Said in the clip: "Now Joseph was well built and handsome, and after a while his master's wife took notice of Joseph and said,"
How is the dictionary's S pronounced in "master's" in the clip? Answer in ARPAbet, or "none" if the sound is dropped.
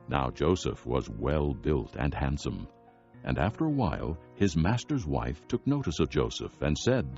S